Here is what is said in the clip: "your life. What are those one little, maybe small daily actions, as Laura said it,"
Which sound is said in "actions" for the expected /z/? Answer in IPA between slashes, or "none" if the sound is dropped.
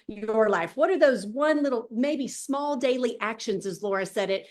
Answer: /z/